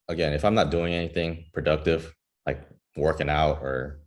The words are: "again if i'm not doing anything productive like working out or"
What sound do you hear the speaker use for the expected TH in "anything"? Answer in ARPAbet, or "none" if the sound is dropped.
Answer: TH